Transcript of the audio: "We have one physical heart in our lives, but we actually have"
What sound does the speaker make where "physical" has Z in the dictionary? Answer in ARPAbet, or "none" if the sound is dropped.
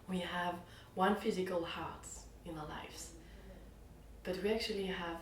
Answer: Z